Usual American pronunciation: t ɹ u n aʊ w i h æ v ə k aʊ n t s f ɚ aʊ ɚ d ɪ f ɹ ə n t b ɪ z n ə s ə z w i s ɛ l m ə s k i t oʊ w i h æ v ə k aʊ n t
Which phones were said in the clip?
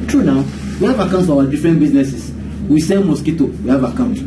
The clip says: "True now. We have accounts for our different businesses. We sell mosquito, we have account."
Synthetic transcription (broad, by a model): t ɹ u n aʊ w i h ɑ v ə k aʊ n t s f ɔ aʊ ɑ d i f ɹ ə n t b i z n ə s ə s w i s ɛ n m ə s k i t oʊ w i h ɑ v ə k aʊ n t